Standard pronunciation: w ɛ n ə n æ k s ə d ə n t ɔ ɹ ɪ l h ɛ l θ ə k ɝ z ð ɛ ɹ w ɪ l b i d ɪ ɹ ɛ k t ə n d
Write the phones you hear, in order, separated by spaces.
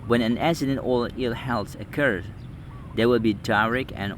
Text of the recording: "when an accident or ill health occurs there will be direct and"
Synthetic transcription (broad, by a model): w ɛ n ə n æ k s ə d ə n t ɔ l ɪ l h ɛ l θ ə k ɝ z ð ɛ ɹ w ɪ l b i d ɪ ɹ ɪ k ə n